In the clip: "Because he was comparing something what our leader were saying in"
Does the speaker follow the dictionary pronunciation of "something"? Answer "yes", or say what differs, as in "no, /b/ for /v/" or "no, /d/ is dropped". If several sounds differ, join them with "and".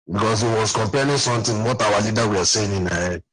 no, /t/ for /θ/